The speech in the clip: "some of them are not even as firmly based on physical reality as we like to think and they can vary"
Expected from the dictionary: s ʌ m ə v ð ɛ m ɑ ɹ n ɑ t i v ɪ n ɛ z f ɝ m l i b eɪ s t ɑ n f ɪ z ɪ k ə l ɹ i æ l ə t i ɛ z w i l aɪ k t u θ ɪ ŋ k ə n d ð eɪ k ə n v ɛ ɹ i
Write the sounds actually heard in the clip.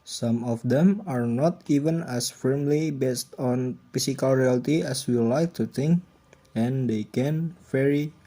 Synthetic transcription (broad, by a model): s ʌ m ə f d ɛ m ɑ ɹ n ɑ t i v ɪ n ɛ s f ɝ m l i b eɪ s t ɑ n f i s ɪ k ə l ɹ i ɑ l t i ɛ s w i l aɪ k t u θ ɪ ŋ k ə n d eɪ k ə n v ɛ ɹ i